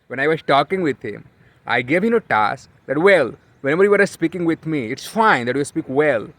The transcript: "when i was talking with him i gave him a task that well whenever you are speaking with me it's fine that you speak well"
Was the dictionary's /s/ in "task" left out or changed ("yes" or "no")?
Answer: no